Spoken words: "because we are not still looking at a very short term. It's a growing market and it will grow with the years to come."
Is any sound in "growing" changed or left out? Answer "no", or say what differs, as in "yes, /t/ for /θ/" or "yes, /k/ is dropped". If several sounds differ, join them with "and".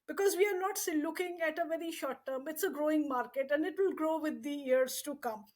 no